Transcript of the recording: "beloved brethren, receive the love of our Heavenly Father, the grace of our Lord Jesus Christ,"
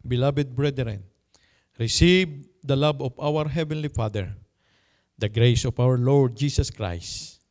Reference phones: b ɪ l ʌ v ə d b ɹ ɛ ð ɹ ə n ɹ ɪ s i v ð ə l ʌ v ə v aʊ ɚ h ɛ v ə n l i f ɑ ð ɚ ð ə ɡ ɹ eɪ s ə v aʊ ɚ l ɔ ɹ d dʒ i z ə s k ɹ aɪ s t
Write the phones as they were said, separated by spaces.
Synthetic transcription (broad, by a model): b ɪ l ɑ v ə d b ɹ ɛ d ɹ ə n ɹ ɪ s i v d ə l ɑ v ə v aʊ ɚ h ɛ v ə n l i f ɑ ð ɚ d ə ɡ ɹ eɪ s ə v aʊ ɚ l ɔ ɹ d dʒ i s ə s k ɹ aɪ s t